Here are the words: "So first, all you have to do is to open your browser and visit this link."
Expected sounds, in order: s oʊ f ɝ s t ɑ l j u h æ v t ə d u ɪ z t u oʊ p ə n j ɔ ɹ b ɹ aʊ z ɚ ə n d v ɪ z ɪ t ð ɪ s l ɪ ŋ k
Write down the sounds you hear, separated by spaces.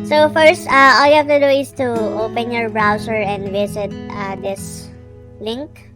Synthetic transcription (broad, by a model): s oʊ f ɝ s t ɑ l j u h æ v t ə d u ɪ s t u oʊ p ə n j ɔ ɹ b ɹ aʊ s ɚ ə n d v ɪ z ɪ t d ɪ s l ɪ ŋ k